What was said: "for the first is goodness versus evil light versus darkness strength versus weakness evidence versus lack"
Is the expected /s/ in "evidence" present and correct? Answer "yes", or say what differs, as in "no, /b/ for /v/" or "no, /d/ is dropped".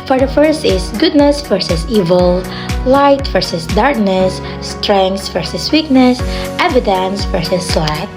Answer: yes